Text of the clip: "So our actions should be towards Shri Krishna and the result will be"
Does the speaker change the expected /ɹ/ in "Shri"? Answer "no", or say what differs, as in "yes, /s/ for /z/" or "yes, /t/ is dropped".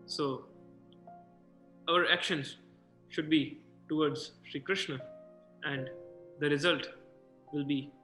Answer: no